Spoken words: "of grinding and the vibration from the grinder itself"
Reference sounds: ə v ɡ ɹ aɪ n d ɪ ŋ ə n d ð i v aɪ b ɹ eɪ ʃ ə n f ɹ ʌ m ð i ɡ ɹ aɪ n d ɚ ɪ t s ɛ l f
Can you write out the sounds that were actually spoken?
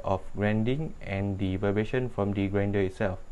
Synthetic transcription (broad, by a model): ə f ɡ ɹ aɪ n d ɪ ŋ ə n d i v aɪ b eɪ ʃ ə n f ɹ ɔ m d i ɡ ɹ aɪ n d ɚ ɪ t s ɛ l f